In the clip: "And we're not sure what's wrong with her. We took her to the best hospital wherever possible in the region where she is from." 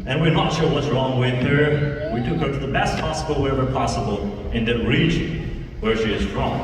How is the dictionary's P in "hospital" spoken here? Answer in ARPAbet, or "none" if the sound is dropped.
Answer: none